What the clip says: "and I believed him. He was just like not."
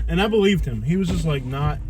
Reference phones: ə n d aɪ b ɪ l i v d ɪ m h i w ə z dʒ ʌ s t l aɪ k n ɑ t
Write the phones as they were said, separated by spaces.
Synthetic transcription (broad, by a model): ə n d aɪ b ɪ l i v d ɪ m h i w ə z dʒ ʌ s t l aɪ k n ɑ t